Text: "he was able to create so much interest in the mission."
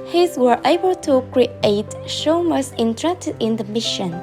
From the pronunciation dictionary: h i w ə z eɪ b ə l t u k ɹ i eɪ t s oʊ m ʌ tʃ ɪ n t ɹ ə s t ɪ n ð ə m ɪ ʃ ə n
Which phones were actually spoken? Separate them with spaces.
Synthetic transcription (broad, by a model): h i w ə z eɪ b ə l t u k ɹ i eɪ t ʃ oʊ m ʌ s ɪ n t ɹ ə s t ɪ n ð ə m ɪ ʃ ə n